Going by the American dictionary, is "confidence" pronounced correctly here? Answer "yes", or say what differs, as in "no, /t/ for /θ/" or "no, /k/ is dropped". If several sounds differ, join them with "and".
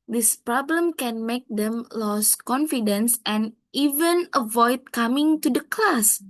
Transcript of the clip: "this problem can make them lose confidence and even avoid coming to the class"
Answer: yes